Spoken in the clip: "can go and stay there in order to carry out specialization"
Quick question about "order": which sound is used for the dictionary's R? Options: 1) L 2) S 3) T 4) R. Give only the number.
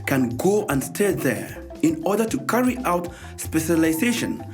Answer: 4